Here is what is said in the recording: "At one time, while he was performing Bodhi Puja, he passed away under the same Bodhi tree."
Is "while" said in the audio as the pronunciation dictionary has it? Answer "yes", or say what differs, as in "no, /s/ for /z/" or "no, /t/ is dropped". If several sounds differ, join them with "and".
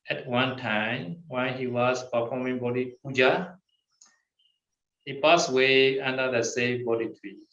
no, /n/ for /l/